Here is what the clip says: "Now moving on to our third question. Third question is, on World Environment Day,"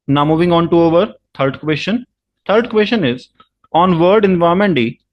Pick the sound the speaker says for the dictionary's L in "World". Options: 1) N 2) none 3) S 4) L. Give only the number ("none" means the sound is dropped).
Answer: 2